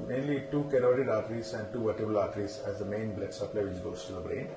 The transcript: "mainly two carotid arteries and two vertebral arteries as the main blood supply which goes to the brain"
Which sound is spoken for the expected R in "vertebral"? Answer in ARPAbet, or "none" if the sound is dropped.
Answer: none